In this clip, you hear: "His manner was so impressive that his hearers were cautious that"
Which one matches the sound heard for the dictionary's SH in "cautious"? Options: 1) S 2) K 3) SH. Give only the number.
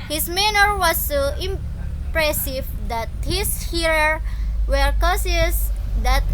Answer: 1